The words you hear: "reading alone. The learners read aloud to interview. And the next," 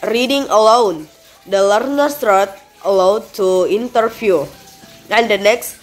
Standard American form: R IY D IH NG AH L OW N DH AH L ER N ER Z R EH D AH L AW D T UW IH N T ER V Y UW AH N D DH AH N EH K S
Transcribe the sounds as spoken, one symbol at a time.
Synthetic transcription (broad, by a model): R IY D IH NG AH L OW N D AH L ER N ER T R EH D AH L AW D T UW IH N T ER F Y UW AH N D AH N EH K S